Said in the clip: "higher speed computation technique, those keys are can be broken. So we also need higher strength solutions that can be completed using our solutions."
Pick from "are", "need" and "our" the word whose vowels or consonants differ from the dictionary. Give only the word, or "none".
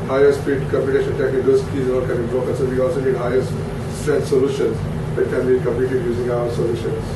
are